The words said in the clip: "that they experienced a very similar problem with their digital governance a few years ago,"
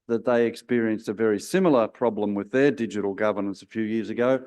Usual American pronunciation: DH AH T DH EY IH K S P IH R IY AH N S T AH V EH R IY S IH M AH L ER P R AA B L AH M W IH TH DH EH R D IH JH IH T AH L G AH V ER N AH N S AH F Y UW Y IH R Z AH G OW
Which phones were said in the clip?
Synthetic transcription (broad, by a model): DH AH T DH EY IH K S P IH R IY AH N S T AH V EH R IY S IH M L ER P R AA B L AH M W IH DH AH R D IH JH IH T L G AH V ER N AH N S AH F Y UW Y IH R Z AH G OW